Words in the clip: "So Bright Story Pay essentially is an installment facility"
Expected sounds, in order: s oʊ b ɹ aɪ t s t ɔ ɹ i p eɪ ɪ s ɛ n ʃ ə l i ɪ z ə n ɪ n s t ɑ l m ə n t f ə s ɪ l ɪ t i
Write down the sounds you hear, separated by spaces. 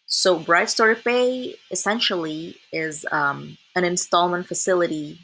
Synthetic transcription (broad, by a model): s oʊ b ɹ aɪ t s t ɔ ɹ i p eɪ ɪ s ɛ n ʃ l i ɪ z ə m ɪ n s t ɑ l m ə n t f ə s ɪ l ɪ t i